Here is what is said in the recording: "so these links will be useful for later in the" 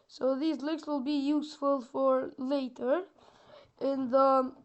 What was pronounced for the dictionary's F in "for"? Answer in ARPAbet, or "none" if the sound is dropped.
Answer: F